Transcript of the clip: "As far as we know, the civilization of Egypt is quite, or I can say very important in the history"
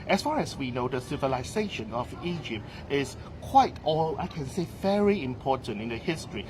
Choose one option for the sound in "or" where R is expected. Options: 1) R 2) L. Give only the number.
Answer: 2